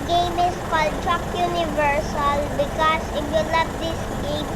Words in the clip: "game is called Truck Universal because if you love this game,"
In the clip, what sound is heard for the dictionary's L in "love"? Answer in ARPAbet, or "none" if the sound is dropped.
N